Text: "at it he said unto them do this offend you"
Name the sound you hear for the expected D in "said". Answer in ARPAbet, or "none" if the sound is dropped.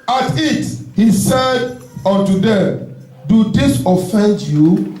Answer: D